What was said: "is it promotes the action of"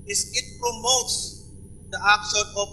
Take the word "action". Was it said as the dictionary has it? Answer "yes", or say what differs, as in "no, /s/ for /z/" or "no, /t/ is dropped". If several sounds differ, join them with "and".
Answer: no, /s/ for /ʃ/ and /n/ is dropped